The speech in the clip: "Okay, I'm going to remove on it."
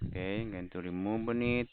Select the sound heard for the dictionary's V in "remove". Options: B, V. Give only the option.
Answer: B